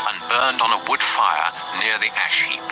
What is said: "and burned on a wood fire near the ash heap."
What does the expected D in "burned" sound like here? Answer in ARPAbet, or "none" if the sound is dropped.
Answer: D